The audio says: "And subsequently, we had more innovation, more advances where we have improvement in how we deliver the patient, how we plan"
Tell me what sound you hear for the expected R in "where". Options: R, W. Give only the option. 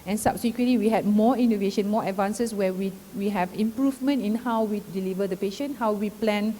W